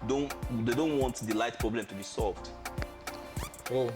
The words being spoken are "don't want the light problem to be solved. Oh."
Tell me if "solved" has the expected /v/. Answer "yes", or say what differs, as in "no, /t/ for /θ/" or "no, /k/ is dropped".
yes